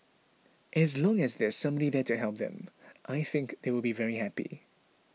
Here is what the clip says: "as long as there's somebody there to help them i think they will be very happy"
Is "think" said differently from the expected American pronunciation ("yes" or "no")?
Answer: no